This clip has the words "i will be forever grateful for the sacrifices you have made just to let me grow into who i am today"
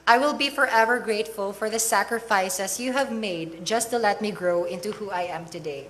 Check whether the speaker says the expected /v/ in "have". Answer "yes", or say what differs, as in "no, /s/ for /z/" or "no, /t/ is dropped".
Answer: yes